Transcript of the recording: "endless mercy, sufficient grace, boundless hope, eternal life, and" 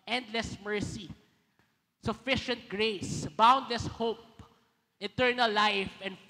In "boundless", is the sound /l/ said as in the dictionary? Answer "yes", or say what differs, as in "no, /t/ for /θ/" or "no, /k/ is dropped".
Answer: yes